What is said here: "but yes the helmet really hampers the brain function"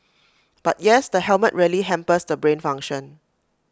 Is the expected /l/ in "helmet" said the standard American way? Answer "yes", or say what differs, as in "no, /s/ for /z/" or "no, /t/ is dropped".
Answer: yes